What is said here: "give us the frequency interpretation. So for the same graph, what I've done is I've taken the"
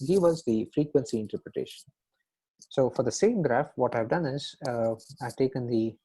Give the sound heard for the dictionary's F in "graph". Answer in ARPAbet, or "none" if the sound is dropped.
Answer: F